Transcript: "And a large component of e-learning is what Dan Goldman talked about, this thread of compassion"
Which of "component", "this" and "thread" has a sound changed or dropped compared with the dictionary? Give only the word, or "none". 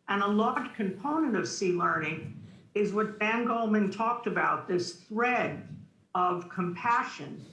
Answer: none